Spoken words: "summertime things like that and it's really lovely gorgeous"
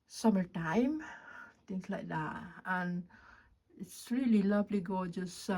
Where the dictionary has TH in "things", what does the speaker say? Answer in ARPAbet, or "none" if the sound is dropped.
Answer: T